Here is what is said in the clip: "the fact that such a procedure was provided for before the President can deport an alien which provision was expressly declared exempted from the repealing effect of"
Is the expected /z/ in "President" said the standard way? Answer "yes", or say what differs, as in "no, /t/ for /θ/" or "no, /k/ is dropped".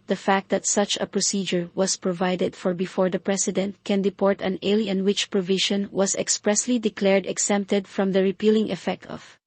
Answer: no, /s/ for /z/